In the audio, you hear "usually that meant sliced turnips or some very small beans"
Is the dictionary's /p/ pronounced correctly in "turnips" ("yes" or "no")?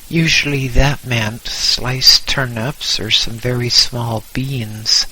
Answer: yes